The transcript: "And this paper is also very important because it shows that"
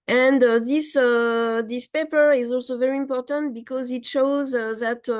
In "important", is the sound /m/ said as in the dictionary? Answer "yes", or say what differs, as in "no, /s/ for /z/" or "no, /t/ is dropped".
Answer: yes